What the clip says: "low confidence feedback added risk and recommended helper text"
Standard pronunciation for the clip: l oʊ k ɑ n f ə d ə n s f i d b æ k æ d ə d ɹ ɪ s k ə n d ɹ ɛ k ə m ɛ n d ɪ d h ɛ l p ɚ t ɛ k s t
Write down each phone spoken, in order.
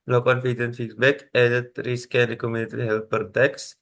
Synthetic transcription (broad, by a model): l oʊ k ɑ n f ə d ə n f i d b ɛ k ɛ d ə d ɹ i s k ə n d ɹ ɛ k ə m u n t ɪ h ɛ l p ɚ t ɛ k s